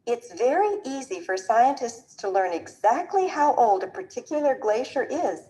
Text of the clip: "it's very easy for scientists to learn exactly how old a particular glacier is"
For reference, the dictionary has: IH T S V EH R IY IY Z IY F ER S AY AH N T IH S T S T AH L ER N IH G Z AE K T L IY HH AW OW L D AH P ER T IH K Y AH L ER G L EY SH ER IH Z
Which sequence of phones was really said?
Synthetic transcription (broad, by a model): IH T S V EH R IY IY Z IY F ER S AY AH N T IH S T S T AH L ER N IH G Z AE K T L IY HH AW OW L D AH P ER T IH K Y L ER G L EY SH ER IH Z